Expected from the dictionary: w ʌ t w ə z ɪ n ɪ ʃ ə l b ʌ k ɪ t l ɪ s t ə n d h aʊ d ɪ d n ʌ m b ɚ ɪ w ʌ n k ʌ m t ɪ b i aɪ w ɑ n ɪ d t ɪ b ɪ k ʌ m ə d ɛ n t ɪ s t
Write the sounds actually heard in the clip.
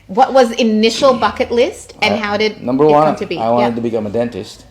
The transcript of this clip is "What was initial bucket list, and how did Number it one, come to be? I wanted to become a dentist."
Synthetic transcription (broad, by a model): w ʌ t w ə z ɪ n ɪ ʃ l b ʌ k ɪ t l ɪ s t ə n h aʊ d ɪ d n ʌ m b ɚ w ʌ n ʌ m t ɪ b i aɪ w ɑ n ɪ d t ɪ b ɪ k ʌ m ə d ɛ n t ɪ s t